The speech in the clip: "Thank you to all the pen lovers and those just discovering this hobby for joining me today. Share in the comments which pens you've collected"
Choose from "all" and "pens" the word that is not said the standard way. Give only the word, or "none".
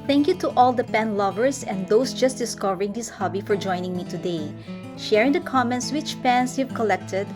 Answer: pens